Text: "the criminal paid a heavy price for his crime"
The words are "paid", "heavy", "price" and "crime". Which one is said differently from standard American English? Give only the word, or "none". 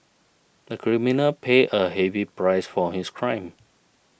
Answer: paid